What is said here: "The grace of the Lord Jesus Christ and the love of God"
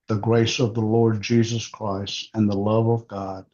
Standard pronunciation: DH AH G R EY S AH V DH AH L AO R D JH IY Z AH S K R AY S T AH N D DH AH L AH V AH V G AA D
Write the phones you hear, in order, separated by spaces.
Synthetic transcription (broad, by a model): DH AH G R EY S AH V DH AH L AO R D JH IY Z AH S K R AY S T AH N DH AH L AH V AH V G AA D